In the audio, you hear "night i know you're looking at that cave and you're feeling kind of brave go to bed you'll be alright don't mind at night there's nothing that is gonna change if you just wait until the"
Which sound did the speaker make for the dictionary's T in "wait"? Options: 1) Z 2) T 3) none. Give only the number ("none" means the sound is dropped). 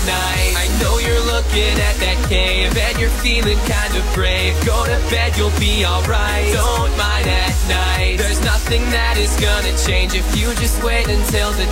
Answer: 2